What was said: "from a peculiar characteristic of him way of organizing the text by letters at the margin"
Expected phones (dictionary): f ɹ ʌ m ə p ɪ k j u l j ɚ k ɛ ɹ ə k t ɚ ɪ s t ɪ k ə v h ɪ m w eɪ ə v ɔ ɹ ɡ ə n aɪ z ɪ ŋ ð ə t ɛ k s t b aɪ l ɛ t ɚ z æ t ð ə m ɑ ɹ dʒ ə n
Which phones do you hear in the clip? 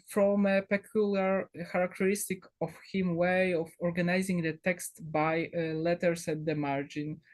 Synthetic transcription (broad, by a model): f ɹ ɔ m ə p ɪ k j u l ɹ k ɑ ɹ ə k t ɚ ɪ s t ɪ k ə f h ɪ m w eɪ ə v ɔ ɹ ɡ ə n aɪ z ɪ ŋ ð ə t ɛ k s t b aɪ l ɛ t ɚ s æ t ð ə m ɑ ɹ dʒ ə n